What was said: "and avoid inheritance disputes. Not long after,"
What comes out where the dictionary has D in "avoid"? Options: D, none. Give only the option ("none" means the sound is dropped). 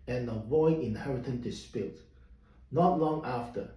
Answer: none